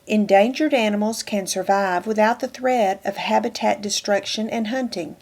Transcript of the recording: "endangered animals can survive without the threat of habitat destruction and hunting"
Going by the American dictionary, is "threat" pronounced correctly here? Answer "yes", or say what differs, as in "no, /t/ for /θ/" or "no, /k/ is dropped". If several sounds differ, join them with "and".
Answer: yes